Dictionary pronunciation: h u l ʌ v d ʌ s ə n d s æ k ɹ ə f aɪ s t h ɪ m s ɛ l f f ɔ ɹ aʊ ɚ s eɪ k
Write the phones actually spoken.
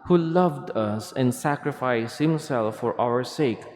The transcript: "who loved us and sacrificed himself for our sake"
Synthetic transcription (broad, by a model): h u l ʌ v d ʌ s ə n d s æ k ɹ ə f aɪ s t h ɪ m s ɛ l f f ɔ ɹ aʊ ɚ s eɪ k